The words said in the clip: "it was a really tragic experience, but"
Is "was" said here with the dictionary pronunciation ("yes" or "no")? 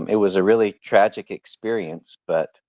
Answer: yes